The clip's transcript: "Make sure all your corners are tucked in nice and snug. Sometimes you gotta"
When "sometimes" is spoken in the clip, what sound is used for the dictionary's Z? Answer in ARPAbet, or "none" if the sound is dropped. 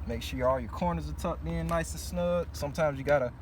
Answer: Z